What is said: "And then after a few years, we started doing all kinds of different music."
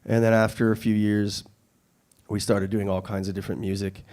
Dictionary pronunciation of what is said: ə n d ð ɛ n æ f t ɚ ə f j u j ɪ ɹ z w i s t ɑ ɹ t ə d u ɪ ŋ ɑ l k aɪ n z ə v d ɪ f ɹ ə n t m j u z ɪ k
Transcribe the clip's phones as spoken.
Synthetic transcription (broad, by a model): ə n ð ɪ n æ f t ɚ ə f j u j ɪ ɹ z w i s t ɑ ɹ t ə d u ɪ ŋ ɑ l k aɪ n z ə v d ɪ f ɹ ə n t m j u z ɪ k